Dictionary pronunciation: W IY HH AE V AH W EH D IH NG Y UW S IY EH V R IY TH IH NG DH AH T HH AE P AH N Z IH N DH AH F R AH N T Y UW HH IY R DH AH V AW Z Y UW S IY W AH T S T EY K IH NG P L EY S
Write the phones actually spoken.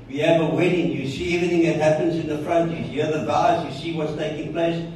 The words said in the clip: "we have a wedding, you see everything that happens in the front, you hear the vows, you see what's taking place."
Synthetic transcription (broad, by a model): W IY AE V AH W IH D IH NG Y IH S IY EH V R IY TH IH NG DH AH T HH AE P AH N Z IH N DH AH F R AH N T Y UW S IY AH DH AH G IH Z Y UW S IY W AH T S T EY K IH NG P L EY S